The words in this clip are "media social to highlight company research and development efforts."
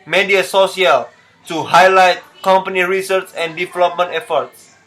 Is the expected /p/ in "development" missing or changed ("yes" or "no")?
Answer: no